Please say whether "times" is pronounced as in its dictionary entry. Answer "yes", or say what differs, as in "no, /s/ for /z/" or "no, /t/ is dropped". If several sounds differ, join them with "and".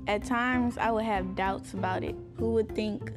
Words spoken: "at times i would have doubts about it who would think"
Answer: yes